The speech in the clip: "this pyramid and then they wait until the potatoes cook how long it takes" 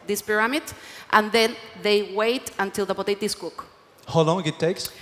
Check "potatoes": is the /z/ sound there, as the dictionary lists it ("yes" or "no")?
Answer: no